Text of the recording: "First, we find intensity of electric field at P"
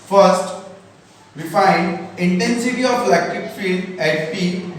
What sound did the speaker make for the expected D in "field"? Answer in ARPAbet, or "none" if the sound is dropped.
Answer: none